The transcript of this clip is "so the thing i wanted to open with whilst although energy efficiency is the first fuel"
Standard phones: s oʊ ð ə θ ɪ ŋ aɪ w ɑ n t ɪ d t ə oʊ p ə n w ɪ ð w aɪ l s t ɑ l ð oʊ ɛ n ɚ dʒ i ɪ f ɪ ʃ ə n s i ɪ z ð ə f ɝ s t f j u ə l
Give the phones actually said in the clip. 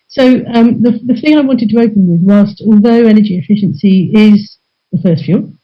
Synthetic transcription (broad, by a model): s oʊ ð ə θ ɪ ŋ aɪ w ɑ n t ɪ d t ə oʊ p ə n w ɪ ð w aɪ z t ɑ l ð oʊ ɛ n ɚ dʒ i ɪ f ɪ ʃ ə n s i ɪ z ð ə f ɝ s t f j u l